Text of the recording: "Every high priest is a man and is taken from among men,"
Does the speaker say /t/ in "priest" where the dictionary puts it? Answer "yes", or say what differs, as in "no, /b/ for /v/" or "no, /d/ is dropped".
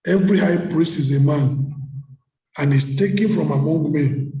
no, /t/ is dropped